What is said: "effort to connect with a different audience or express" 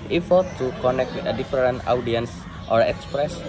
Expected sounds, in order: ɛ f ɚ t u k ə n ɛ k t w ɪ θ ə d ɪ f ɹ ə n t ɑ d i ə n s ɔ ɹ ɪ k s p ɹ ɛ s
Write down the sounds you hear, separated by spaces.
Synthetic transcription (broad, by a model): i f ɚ t u k ə n ɛ k t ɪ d ə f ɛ ɹ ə n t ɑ d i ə n s ɔ ɹ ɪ k s p ɹ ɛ s